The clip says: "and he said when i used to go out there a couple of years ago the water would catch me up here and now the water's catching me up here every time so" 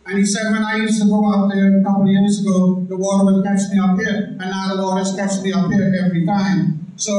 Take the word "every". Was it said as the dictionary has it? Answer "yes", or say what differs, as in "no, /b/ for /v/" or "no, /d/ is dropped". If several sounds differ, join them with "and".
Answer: yes